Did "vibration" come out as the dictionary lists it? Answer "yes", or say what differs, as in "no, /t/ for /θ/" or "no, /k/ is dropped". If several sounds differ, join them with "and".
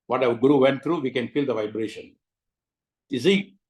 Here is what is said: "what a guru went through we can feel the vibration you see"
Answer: yes